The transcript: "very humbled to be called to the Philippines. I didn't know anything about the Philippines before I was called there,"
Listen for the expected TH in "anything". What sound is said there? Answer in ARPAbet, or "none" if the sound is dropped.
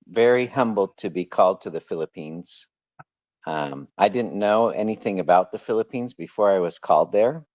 TH